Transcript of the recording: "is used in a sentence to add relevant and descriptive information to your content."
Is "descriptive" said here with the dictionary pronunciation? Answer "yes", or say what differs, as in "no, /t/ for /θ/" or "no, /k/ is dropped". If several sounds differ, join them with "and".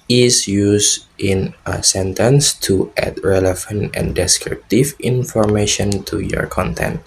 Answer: yes